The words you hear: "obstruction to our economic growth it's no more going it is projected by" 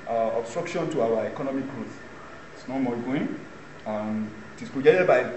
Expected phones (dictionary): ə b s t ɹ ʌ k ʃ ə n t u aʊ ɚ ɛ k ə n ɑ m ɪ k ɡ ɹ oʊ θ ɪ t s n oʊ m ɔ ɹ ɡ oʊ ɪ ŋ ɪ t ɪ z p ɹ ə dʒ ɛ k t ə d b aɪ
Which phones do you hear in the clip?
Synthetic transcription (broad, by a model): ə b s t ɹ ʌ k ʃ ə n t u aʊ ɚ ɛ k ə n ɑ m ɪ k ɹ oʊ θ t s n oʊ m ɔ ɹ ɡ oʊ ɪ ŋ ɪ t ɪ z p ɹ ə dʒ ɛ t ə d b aɪ